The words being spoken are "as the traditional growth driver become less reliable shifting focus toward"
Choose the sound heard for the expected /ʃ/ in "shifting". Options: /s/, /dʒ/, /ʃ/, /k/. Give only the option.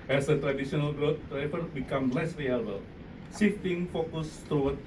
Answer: /s/